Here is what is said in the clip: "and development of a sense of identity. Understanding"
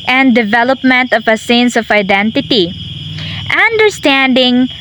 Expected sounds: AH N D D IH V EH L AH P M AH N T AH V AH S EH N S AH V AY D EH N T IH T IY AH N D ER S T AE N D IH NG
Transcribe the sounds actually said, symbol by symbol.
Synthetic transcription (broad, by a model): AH N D D IH V EH L AH P M AH N T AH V AH S EH N S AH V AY D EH N T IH T IY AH N D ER S T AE N D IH NG